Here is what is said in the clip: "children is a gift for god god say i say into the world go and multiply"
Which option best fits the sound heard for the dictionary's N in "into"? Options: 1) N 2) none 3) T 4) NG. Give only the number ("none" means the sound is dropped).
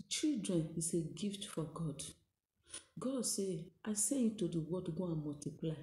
2